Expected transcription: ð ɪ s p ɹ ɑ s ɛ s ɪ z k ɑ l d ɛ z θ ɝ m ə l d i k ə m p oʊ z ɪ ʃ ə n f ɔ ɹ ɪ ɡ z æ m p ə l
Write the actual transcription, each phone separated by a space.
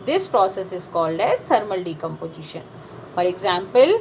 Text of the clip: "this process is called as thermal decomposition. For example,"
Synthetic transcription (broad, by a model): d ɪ s p ɹ ɑ s ɛ s ɪ z k ɑ l d ɛ z t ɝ m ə l d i k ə m p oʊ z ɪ ʃ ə n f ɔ ɹ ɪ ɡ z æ m p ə l